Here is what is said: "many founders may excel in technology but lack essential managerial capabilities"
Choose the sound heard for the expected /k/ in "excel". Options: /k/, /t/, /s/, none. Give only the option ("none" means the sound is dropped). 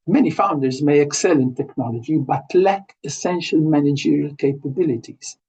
/k/